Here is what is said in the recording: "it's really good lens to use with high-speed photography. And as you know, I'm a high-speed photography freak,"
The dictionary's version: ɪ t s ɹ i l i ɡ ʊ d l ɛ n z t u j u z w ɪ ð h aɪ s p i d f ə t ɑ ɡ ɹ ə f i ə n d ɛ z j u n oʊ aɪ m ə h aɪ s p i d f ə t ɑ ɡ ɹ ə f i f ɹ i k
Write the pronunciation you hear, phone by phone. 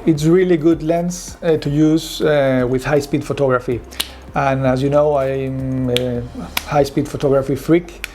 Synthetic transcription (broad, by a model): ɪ t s ɹ i l i ɡ ʊ d l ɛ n s t u j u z w ɪ ð h aɪ s p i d f ə t ɑ ɡ ɹ ə f i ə n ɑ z j u n oʊ aɪ m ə h aɪ s p i d f ə t ɑ ɡ ɹ ə f i f ɹ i k